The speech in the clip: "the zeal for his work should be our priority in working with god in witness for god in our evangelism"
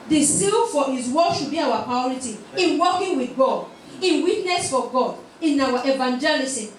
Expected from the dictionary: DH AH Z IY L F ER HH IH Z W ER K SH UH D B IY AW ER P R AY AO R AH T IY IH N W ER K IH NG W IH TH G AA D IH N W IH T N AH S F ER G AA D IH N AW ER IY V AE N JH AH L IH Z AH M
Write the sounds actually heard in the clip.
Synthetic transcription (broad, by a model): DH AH S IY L F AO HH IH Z W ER SH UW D B IY AW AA P R AY AO R AH T IY IH N W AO K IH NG W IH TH G AA D IH N W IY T N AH S F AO G AA D IH N AW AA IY V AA N JH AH L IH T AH